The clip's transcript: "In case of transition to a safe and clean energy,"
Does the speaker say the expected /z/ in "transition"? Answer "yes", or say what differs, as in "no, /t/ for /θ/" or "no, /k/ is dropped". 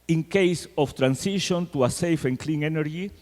no, /s/ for /z/